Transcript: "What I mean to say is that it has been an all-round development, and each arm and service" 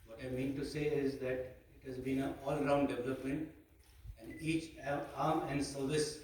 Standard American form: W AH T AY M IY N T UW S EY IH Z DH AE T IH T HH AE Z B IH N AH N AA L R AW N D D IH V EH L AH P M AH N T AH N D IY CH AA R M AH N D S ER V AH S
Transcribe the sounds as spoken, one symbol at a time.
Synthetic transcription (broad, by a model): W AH T AY M IY N T UW S EY IH Z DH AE T IH T HH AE Z B IH N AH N AA L R AW N D D IH V EH L AH P M AH N T AH N D IY CH AA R M AH N D S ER V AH S